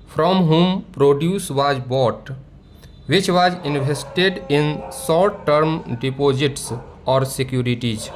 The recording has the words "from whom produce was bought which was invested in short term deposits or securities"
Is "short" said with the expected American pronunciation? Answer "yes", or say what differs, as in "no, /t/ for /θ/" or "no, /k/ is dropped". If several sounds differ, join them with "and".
no, /s/ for /ʃ/